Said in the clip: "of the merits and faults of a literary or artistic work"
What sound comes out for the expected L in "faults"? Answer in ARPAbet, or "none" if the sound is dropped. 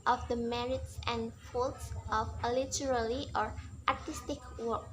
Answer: L